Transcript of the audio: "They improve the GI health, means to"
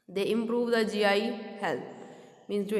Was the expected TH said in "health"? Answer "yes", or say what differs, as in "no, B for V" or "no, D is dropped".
no, T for TH